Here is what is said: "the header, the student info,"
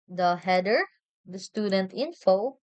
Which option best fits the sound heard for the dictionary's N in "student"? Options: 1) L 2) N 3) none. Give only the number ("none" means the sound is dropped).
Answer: 2